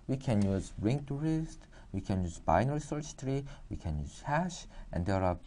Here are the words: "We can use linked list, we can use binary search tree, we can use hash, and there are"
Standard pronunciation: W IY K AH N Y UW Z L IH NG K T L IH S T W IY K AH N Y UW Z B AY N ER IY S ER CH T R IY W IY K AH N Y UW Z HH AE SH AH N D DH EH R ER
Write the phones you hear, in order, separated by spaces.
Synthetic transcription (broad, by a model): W IY K AH N Y UW Z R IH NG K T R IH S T W IY K AH N Y UW Z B AY N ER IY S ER S T R IY W IY K AH N Y UW Z HH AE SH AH N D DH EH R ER